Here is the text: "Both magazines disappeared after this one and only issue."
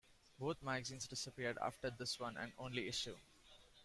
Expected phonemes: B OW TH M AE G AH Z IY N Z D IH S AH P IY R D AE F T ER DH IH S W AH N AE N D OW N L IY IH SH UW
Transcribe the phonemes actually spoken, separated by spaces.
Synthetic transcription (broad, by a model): B OW T M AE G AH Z IY N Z D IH S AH P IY R D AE F T ER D IH S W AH N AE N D OW N L IY IH SH UW